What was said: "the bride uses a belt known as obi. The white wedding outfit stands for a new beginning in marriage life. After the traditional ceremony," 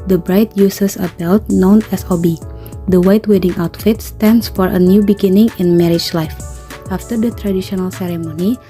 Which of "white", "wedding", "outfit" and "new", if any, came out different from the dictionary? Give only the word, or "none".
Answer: none